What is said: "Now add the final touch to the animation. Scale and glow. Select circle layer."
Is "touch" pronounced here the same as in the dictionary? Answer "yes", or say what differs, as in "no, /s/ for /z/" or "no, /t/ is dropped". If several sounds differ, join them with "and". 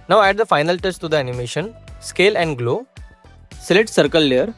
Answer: no, /s/ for /tʃ/